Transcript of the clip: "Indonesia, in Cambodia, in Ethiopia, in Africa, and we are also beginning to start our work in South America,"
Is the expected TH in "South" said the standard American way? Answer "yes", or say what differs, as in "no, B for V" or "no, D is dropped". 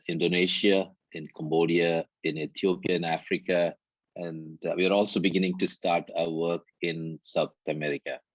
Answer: no, T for TH